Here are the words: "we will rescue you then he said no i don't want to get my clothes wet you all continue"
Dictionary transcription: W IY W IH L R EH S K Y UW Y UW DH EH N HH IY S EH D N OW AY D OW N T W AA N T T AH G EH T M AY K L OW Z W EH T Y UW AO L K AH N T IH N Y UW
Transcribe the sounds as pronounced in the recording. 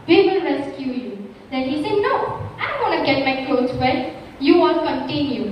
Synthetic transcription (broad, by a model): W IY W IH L R EH S K Y UW Y UW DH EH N HH IY S EH D N OW AY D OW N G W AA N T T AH G EH T M AY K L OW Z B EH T Y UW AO N K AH N T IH N Y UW